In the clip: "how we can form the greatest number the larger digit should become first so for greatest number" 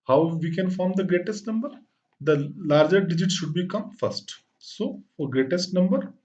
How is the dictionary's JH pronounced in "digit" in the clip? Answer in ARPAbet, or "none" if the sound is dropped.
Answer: JH